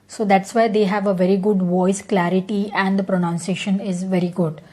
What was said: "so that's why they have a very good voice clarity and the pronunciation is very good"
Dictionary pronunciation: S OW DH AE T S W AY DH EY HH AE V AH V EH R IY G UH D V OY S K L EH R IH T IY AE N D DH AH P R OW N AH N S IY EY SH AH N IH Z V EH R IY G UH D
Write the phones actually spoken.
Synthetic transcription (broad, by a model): S OW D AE T S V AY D EY HH AE V AH V EH R IY G UH D V OY S K L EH R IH T IY AE N D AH P R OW N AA N S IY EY SH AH N IH Z V EH R IY G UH D